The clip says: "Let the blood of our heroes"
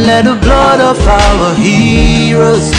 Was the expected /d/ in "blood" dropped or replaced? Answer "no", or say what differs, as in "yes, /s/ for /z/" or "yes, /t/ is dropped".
no